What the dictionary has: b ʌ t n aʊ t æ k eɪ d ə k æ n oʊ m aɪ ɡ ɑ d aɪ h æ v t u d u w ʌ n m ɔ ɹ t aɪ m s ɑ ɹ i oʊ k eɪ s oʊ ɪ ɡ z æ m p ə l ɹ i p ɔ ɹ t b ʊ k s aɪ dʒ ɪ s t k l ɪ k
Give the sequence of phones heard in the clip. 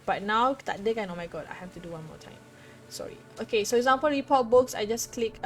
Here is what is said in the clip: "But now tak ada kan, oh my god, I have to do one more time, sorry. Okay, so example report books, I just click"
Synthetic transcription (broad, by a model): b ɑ t n aʊ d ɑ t d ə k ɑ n oʊ m aɪ ɡ ɑ d aɪ h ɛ f t u d u w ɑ n m ɔ t aɪ m s ɑ ɹ i oʊ k eɪ s oʊ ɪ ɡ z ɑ m p ə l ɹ i p ɔ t b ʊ k s aɪ dʒ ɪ s k l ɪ k